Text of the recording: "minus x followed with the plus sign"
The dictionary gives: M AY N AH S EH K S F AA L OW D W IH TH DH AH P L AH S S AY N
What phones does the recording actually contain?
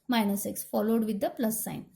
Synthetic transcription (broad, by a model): M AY N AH S EH K S F AA L OW D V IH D AH P L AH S S AY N